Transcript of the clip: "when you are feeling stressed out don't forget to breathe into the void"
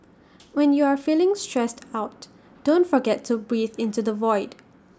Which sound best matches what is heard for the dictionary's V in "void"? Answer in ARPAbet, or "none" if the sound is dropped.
V